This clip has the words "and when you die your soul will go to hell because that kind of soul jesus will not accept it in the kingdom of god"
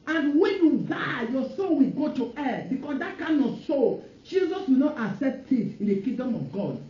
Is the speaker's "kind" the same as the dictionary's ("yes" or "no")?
no